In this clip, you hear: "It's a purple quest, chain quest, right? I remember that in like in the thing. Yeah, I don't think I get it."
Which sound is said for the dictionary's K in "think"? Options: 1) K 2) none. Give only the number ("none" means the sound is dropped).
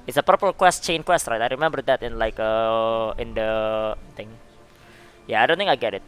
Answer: 2